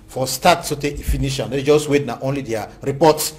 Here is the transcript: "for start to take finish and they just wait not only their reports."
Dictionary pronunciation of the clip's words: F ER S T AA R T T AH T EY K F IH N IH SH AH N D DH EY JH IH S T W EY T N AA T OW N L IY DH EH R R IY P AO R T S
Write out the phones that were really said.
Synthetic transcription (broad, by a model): F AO S T AA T S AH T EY F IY N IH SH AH N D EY JH IH S T W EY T N AA T OW N L IY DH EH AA R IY P AO T S